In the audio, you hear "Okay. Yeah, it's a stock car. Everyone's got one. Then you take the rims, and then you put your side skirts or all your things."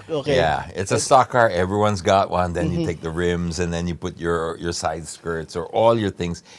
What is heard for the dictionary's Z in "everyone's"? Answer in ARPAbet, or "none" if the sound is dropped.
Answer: Z